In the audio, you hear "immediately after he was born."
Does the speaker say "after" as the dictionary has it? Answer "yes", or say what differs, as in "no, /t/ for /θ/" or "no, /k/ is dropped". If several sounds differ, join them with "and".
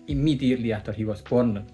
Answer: no, /f/ is dropped